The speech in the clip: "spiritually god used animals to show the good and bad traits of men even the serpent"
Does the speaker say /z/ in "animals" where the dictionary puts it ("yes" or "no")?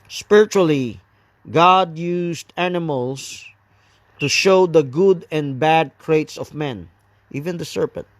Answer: no